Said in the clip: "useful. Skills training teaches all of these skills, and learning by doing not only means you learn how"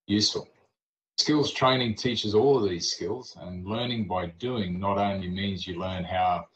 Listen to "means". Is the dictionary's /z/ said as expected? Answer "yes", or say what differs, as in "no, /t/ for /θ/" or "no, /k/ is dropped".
yes